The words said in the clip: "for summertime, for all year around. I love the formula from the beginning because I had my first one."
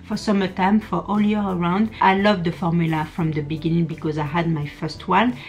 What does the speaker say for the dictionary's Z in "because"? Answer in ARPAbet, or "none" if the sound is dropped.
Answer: Z